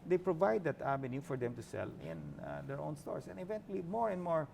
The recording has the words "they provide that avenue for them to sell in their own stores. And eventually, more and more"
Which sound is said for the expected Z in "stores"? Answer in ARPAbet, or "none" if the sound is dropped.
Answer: S